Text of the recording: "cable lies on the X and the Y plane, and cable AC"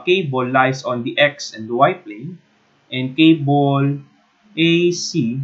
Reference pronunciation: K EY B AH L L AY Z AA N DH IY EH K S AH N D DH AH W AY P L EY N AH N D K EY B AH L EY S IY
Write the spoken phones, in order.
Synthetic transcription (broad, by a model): K EY B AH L L AY S AA N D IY EH K S AH N D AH W AY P L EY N AH N D K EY B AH L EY S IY